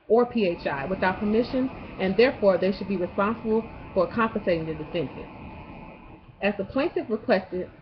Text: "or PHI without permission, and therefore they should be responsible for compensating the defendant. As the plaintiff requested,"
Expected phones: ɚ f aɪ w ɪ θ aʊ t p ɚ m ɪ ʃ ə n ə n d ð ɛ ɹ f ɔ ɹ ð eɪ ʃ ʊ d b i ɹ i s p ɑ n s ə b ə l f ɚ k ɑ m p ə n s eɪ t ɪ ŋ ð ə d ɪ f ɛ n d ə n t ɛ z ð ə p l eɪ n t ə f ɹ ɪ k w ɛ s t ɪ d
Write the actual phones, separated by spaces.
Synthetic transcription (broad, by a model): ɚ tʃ aɪ w ɪ θ aʊ t p ɚ m ɪ ʃ ə n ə n ð ɛ ɹ f ɔ ɹ ð eɪ ʃ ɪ d b i ɹ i s p ɑ n s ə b l f ɚ k ɑ m p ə n s eɪ t ɪ ŋ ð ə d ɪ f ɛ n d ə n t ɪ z ð ə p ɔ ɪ n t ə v ɹ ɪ k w ɛ s t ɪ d